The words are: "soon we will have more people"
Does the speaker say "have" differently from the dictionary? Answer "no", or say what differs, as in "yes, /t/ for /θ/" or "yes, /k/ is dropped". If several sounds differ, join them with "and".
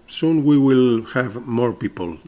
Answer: no